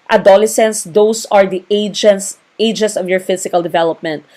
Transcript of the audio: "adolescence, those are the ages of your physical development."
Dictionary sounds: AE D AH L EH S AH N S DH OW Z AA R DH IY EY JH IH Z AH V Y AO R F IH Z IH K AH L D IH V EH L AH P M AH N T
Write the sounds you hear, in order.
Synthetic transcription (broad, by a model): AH D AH L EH S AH N S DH OW S AA R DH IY EY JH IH S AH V Y AO R F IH S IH K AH L D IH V EH L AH P M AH N T